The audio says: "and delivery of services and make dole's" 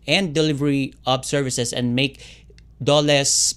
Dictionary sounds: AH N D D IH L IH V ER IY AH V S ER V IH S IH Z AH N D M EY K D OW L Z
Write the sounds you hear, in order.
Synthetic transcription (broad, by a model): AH N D D IH L IH V ER IY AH B S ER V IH S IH S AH N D M EY K D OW L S